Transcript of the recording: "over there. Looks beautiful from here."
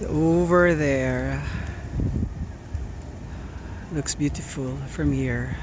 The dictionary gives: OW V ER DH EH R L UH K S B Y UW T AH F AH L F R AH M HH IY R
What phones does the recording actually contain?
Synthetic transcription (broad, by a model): OW V ER DH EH R L UH K S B Y UW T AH F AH L F R AH M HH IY R